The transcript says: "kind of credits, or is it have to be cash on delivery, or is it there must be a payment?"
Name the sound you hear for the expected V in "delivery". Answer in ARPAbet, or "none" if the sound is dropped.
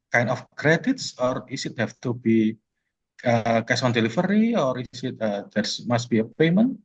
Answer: F